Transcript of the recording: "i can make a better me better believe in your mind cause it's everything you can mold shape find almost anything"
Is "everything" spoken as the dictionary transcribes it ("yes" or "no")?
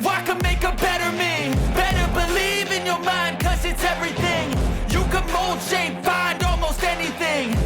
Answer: yes